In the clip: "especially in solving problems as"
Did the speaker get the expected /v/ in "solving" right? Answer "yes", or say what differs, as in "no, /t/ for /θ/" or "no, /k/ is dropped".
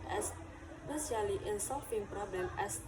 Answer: no, /f/ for /v/